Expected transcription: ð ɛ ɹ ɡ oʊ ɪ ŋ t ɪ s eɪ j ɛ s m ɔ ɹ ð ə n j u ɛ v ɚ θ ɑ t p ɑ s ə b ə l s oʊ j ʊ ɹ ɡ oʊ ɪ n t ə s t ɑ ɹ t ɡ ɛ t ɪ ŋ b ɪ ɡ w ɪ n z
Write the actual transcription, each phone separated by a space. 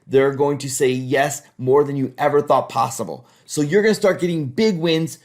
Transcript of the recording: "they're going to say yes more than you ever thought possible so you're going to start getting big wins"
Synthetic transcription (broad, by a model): ð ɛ ɹ ɡ oʊ ɪ ŋ t ɪ s eɪ j ɛ s m ɔ ɹ ð ə n j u ɛ v ɚ θ ɑ t p ɑ s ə b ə l s oʊ j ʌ ɹ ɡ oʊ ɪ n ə s t ɑ ɹ t ɡ ɛ t ɪ ŋ b ɪ ɡ w ɪ n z